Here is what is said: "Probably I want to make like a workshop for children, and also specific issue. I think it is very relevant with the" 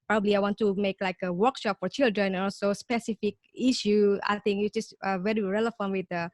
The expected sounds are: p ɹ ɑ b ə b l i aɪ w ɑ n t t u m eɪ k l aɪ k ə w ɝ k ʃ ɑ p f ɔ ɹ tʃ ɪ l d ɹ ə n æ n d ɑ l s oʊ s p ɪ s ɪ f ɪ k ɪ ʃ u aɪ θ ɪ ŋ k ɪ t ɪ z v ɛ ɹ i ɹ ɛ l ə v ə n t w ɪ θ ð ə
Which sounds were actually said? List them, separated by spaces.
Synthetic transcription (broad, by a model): p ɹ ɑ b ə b l i aɪ w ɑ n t t u m eɪ k l aɪ k ə w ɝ k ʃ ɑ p f ɔ ɹ tʃ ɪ l d ɹ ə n n ɑ l s oʊ s p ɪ s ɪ f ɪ k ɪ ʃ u aɪ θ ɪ ŋ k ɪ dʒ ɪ s v ɛ ɹ i ɹ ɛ l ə f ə n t w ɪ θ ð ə